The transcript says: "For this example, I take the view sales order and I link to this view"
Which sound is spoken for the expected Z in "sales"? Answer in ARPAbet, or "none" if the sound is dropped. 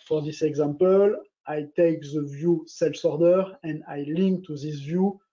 S